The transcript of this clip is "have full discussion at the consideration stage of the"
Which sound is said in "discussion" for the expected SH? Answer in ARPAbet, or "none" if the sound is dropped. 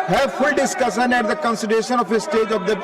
S